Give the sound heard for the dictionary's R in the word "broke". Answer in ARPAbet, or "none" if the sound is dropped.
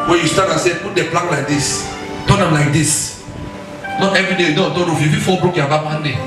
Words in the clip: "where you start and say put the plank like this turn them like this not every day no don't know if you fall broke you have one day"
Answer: R